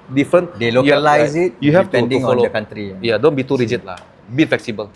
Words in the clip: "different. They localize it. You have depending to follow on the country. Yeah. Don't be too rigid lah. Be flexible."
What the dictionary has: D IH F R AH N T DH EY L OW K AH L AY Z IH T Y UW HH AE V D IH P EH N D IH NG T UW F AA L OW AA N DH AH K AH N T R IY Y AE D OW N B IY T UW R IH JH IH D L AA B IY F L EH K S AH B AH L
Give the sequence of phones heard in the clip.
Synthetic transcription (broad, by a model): D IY F R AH N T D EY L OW AH L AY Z IH T Y UW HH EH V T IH UW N D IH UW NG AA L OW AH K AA N T R IY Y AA D OW N B IY T UW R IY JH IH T L AA B IY F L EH K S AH B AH L